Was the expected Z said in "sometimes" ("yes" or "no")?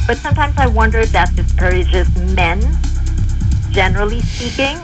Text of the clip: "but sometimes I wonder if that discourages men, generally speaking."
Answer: yes